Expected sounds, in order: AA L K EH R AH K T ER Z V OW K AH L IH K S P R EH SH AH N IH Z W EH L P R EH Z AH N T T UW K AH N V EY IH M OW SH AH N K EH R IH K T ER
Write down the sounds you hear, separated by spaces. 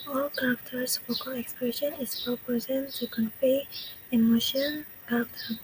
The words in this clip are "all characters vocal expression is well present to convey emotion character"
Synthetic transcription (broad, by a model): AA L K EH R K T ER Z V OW K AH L IH K S P R EH SH AH N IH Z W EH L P EH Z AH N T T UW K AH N P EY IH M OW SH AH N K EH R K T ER